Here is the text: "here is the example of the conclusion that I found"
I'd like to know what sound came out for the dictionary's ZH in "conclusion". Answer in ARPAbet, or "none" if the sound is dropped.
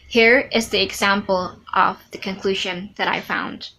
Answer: ZH